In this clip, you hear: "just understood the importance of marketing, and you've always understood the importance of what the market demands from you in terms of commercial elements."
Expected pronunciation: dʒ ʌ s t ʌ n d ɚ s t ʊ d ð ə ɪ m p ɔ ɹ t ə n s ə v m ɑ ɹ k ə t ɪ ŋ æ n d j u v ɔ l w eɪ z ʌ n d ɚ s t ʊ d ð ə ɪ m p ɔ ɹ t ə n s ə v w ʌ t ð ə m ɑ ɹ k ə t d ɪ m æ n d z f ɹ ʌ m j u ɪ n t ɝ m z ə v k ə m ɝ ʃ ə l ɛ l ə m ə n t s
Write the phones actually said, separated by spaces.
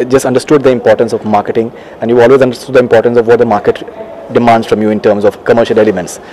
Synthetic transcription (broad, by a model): dʒ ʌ s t ʌ n d ɚ s t ʊ d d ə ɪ m p ɔ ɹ t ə n s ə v m ɑ ɹ k ə t ɪ ŋ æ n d j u ɔ l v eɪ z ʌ n d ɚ s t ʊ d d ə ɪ m p ɔ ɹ t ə n s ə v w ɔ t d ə m ɑ ɹ k ə t d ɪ m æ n d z f ɹ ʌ m j u ɪ n t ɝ m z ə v k ə m ɝ ʃ ə l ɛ l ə m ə n t s